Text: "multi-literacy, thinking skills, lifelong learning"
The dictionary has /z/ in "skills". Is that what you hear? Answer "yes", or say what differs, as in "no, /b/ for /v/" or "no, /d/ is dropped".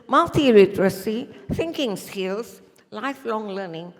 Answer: no, /s/ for /z/